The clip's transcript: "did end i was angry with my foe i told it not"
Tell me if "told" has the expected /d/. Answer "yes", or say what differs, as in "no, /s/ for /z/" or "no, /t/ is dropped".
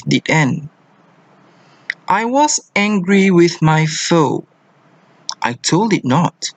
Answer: yes